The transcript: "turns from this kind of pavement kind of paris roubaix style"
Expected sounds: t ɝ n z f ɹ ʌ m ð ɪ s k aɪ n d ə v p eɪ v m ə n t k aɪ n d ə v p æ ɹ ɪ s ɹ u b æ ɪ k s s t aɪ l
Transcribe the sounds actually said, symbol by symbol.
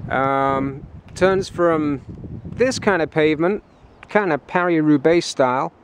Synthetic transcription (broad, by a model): t ɝ n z f ɹ ʌ m ð ɪ s k aɪ n d ə v p eɪ v m ə n t k aɪ n d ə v p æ ɹ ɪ ɹ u b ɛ ɪ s s t aɪ l